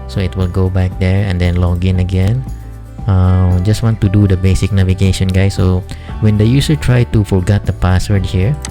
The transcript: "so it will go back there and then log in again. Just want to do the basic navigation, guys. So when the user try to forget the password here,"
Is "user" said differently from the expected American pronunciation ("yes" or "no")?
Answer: yes